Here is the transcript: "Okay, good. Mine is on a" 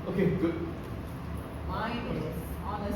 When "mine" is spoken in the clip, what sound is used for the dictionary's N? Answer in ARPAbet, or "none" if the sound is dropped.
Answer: none